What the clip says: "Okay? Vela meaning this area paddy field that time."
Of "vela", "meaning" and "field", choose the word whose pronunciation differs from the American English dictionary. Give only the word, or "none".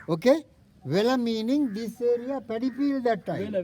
field